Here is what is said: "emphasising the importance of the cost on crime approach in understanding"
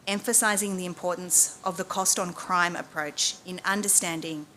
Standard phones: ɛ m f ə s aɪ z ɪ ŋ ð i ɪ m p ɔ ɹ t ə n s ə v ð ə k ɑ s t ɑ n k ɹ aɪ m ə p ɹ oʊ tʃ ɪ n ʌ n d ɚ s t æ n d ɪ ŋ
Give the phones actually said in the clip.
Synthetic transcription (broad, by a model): ɛ m f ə s aɪ z ɪ ŋ ð i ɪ m p ɔ ɹ t n s ə v ð ə k ɑ s t n k ɹ aɪ m ə p ɹ oʊ tʃ ɪ n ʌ n d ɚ s t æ n d ɪ ŋ